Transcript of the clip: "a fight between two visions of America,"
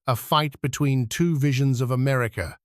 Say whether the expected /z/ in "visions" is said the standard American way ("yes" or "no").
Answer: yes